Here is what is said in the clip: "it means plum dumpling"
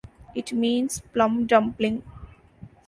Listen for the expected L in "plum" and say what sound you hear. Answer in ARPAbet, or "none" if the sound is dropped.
L